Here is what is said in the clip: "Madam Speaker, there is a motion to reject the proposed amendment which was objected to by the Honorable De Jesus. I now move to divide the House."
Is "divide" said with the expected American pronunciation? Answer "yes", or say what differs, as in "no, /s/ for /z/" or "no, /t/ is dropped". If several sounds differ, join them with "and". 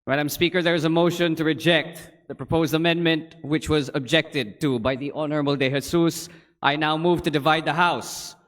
yes